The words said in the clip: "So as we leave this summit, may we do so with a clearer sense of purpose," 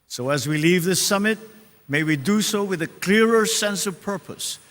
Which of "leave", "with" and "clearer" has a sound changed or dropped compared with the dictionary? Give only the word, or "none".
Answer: none